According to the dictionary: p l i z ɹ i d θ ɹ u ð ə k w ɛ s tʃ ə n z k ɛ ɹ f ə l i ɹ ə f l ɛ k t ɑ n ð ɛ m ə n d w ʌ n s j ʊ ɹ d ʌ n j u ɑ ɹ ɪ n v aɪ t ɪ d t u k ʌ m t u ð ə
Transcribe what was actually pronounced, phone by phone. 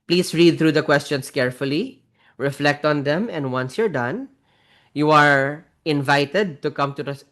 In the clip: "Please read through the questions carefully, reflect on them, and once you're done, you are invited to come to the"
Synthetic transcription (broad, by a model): p l i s ɹ i d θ ɹ u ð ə k w ɛ s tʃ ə n s k ɛ ɹ f ə l i ɹ ə f l ɛ k t ɑ n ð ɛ m ə n d w ʌ n s j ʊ ɹ d ʌ n j u ɑ ɹ ɪ n v aɪ t ɪ d t u k ʌ m t u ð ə